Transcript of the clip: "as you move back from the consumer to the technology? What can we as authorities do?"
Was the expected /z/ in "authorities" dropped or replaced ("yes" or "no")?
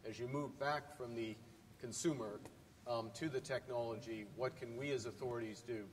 no